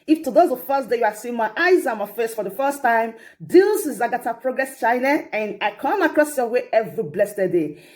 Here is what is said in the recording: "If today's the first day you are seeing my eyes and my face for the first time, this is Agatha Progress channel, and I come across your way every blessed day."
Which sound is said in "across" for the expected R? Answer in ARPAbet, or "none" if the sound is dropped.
R